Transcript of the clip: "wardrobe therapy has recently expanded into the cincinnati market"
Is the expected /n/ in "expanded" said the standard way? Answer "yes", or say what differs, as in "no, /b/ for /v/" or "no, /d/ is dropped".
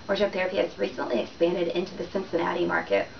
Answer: yes